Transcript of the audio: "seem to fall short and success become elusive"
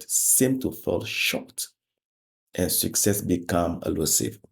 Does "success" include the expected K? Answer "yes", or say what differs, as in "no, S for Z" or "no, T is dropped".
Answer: yes